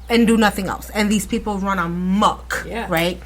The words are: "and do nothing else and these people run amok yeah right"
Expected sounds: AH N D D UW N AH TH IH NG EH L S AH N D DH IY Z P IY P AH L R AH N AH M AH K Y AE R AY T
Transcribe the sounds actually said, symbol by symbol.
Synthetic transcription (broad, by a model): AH N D D UW N AH TH IH NG EH L S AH N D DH IY S P IY P AH L R AH N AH M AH K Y R AY T